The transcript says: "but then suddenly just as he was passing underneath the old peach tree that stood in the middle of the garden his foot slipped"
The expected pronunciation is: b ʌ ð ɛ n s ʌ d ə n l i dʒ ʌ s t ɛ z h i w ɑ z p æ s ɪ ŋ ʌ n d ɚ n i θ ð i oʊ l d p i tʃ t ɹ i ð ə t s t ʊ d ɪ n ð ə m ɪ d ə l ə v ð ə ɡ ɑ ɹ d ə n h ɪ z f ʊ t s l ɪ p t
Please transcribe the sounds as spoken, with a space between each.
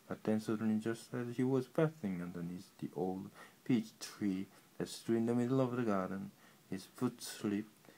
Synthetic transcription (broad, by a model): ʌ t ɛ n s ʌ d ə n i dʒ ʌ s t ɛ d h i w ɑ z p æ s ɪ ŋ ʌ n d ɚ n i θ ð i oʊ l d p i tʃ t ɹ i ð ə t s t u ɪ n ð ə m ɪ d l ə v ð ə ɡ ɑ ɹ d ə n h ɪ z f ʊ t s l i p